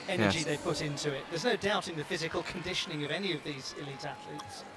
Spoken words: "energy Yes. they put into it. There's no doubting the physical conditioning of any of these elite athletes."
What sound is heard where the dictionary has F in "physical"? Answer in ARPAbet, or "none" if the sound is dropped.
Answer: F